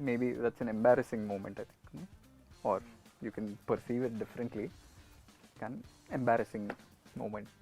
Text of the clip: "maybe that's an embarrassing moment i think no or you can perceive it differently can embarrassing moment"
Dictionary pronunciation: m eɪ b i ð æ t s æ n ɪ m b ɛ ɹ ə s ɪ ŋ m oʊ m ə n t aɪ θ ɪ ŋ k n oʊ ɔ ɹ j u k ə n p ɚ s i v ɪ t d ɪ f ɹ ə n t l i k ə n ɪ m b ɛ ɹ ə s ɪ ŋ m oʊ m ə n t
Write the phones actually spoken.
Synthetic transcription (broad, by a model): m eɪ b i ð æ t s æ n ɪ m b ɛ ɹ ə s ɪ ŋ m oʊ m ə n t aɪ t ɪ k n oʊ ɔ ɹ j u k ə n p ɚ s i v ɪ t d ɪ f ɹ ə n t l i k ə n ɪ m b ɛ ɹ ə s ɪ ŋ m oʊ m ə n t